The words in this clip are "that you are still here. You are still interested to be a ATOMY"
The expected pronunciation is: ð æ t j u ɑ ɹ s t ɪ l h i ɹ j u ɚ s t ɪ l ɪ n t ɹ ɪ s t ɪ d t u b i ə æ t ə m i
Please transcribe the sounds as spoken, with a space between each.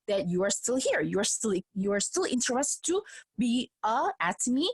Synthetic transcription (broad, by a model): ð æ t j u ɑ ɹ s t ɪ l h i ɹ j u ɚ s t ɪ l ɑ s t l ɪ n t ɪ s t u b i ə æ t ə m i